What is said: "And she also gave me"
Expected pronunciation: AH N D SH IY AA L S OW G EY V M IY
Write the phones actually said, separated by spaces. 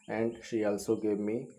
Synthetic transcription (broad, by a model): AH N D SH IY AA L S OW G EY V M IY